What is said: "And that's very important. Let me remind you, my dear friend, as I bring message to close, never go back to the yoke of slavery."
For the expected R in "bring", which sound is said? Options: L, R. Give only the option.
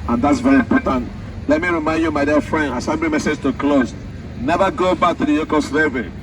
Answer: L